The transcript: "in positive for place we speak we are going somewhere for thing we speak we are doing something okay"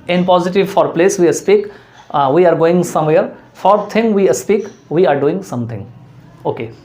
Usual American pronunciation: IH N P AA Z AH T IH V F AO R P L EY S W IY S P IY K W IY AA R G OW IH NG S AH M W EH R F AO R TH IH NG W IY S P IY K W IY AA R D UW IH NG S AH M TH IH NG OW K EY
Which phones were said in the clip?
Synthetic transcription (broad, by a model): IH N P AA Z AH T IH V F AO R P L EY S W IY S P IY K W IY AA R G OW IH NG S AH M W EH R F AO R T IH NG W IY S P IY K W IY AA R D UW IH NG S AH M T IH NG OW K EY